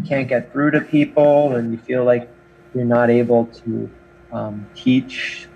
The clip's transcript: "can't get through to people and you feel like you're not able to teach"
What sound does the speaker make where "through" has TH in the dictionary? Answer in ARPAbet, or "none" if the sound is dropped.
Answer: F